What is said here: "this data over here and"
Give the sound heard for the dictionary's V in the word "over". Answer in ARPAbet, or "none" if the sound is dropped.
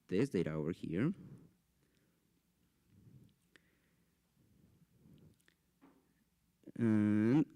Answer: none